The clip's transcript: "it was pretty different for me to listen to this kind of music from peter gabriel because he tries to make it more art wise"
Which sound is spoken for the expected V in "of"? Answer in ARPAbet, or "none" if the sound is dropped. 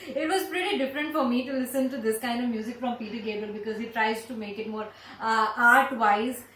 V